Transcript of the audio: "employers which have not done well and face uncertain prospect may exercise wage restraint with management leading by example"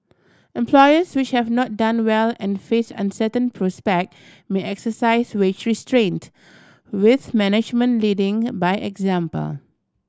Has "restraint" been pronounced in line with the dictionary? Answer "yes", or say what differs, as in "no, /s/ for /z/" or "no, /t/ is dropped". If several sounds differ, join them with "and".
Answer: yes